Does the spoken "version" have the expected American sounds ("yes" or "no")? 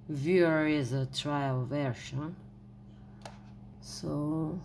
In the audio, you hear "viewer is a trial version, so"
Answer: no